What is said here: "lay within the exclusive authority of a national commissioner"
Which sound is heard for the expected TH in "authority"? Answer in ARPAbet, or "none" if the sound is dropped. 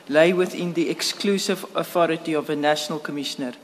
TH